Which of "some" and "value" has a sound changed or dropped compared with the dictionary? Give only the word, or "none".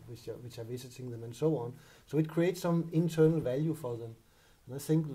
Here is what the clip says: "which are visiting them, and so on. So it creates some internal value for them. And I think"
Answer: none